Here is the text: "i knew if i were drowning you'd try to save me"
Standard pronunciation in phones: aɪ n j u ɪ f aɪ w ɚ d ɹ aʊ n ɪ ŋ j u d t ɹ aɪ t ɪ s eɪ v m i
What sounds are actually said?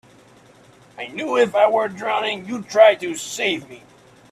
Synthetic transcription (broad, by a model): aɪ n j u ɪ f aɪ w ɚ d ɹ aʊ n ɪ ŋ j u t ɹ aɪ t ɪ s eɪ v m i